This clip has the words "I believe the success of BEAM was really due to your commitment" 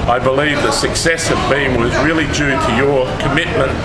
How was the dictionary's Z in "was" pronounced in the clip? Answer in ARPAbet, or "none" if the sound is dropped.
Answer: Z